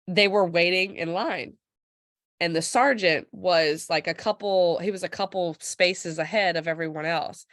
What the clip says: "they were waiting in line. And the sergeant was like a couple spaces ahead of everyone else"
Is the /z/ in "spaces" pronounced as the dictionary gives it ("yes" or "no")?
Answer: yes